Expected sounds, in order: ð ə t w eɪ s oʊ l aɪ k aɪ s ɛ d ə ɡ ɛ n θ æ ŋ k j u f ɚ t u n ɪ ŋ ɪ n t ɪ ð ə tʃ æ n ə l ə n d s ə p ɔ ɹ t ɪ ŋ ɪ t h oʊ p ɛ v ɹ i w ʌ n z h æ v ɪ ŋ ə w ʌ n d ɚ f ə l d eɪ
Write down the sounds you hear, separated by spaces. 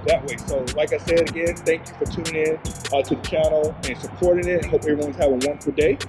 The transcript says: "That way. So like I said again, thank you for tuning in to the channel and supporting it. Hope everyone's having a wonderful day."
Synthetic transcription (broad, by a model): ð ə t w eɪ s oʊ l aɪ k aɪ s ɛ d ə ɡ ɛ n θ æ ŋ k j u f ɚ t u n ɪ ŋ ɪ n t ɪ ð ə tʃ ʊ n l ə n s ə p ɔ ɹ t ɪ ŋ ɪ t h oʊ p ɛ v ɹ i w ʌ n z h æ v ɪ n w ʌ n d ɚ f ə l d eɪ